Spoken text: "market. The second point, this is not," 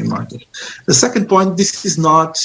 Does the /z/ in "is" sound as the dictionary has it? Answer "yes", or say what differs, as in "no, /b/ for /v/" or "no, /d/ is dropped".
yes